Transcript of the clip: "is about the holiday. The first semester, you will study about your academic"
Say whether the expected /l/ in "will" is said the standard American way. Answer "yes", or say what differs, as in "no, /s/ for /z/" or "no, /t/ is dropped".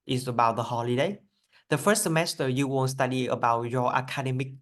no, /n/ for /l/